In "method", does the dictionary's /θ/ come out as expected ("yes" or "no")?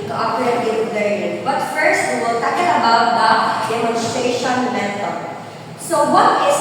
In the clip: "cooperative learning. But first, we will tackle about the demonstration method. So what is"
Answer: no